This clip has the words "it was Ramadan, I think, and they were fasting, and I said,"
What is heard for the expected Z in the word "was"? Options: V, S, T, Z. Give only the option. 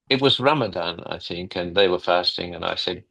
Z